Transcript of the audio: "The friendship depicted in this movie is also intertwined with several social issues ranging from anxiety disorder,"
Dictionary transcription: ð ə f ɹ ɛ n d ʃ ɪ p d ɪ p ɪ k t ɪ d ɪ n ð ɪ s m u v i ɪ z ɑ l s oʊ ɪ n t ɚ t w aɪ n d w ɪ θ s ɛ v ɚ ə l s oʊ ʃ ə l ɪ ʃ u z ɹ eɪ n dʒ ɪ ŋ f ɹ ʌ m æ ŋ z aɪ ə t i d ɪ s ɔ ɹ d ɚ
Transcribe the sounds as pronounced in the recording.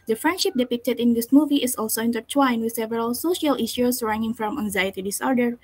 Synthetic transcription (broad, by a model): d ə f ɹ ɛ n d ʃ ɪ p d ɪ p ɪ k t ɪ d ɪ n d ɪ s m u v i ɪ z ɑ l s oʊ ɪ n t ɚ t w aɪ n w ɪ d s ɛ v ɚ ə l s oʊ ʃ ə l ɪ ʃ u s ɹ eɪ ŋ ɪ ŋ f ɹ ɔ m æ ŋ z aɪ ə t i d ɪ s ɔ ɹ d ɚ